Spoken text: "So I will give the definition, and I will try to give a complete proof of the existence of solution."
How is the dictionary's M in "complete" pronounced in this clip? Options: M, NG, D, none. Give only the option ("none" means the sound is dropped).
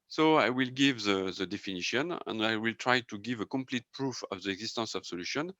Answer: M